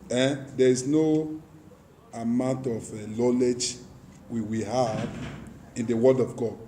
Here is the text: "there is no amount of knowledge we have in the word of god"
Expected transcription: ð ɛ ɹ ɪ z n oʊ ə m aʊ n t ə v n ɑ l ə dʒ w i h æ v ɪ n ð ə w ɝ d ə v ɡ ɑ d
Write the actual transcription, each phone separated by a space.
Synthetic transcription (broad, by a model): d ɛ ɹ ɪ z n oʊ ə m aʊ n t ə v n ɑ l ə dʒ w i h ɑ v ɪ n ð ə w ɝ d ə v ɡ ɑ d